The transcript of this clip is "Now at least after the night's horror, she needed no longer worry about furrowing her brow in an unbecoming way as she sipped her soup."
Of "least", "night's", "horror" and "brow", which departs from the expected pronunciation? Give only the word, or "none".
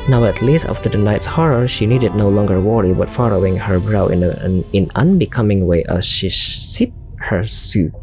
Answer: none